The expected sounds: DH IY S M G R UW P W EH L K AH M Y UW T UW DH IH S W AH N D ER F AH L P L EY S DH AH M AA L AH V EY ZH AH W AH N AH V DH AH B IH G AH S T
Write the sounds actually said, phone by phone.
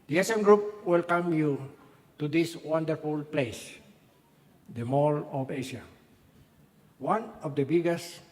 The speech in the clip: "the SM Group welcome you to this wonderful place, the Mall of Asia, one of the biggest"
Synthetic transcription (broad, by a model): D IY S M G R UW P W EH L K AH M Y UW T UW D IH S W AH N D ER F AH L P L EY S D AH M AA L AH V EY SH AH W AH N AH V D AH B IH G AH S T